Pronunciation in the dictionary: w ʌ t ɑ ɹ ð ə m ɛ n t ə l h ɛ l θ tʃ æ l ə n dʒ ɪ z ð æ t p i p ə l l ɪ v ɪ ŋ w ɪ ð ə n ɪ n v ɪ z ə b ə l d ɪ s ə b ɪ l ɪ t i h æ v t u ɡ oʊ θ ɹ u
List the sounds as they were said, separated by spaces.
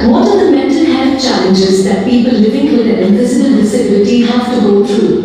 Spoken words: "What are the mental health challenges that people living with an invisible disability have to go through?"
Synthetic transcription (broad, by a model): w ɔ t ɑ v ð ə m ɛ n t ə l h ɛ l f tʃ æ l ə n dʒ ɪ z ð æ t p i p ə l l ɪ v ɪ ŋ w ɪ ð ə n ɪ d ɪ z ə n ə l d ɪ s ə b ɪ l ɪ t i h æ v t u ɡ oʊ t ɹ u